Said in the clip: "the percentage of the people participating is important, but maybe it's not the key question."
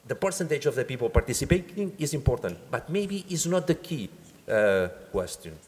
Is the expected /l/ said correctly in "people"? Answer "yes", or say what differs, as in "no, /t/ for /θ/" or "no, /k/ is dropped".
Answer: yes